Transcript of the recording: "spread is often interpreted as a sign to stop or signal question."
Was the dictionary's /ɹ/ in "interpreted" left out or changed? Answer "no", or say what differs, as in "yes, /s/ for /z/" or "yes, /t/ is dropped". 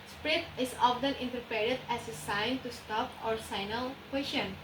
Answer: yes, /ɹ/ is dropped